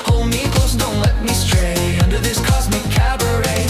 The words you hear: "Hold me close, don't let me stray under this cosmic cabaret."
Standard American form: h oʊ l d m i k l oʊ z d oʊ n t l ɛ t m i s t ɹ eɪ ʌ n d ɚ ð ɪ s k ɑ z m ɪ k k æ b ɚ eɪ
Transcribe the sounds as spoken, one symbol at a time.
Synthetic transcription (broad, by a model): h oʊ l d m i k oʊ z d oʊ n t l ɛ t m i s t ɹ eɪ ʌ n d ɚ ð ɪ s k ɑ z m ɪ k k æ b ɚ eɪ